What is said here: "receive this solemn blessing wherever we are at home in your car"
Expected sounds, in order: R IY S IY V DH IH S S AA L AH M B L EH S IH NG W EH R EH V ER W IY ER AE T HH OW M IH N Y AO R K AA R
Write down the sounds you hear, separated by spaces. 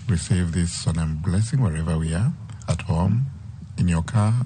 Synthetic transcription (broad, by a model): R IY S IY V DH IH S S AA N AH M B L EH S IH NG W EH R EH V ER W IY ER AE T HH OW M IH N Y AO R K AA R